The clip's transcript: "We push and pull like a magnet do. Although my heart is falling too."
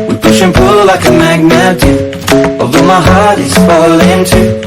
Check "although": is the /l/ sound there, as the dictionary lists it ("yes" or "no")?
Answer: no